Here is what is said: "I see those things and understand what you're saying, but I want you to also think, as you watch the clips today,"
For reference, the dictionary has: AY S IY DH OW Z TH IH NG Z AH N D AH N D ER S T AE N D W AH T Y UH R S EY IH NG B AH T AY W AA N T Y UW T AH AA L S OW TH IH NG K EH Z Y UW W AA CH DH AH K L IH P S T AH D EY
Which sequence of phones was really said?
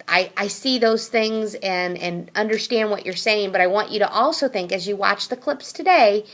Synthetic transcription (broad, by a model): AY S IY DH OW Z TH IH NG Z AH N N AH N D ER S T AE N D W AH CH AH R S EY IH NG B AH T AY W AA N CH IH T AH AA L S OW TH IH NG K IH Z Y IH W AA CH DH AH K L IH P S T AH D EY